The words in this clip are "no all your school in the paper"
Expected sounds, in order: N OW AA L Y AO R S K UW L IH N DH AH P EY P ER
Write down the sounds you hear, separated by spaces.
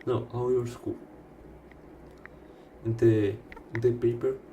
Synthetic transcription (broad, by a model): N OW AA W Y AO R S K UW L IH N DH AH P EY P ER